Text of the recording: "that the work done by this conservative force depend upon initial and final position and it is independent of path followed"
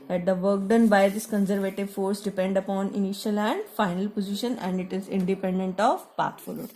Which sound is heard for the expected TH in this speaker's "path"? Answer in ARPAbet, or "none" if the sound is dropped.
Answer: T